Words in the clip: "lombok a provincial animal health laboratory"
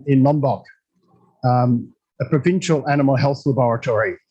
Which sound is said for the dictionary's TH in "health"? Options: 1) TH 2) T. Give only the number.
1